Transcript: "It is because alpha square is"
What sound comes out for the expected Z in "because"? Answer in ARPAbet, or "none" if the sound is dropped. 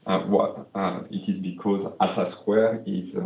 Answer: Z